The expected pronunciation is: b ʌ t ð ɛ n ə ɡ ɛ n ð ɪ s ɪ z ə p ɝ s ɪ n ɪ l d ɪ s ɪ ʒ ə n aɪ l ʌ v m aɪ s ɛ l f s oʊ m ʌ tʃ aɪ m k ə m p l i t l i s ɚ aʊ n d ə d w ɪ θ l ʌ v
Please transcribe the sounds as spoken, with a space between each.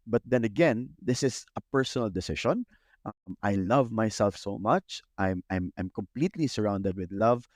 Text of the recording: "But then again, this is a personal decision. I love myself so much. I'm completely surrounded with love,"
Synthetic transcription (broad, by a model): b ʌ t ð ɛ n ə ɡ ɛ n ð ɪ s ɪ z ə p ɝ s ɪ n ɪ l d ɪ s ɪ ʃ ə n aɪ l ʌ v m aɪ s ɛ l f s oʊ m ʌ tʃ aɪ m k ə m p l i t l i s ɚ aʊ n d ə d w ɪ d l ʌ v